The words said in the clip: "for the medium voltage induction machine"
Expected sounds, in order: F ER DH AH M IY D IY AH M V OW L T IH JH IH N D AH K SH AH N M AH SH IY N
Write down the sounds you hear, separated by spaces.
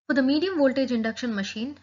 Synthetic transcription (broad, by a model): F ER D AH M IY D IY AH M V OW L T IH JH IH N D AH K SH AH N M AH SH IY N